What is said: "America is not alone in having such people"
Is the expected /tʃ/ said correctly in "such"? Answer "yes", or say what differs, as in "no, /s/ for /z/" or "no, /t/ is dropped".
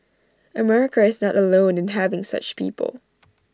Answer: yes